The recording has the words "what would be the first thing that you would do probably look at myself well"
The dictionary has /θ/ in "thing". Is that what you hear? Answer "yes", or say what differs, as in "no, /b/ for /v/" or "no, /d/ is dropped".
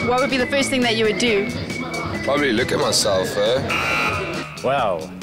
yes